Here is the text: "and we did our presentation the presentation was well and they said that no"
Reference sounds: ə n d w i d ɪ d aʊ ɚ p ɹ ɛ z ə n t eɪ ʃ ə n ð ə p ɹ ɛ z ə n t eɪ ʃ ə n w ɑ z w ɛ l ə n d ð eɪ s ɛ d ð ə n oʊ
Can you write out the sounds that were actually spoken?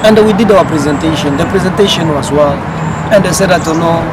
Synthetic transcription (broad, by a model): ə n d w i d ɪ d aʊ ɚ p ɹ ɛ z ə n t eɪ ʃ ə n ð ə p ɹ ɛ z ə n t eɪ ʃ ə n w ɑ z w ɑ n ə n d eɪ s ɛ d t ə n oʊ